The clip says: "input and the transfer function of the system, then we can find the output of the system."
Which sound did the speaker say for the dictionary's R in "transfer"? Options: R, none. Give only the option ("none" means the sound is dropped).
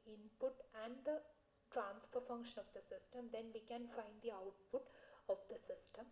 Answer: R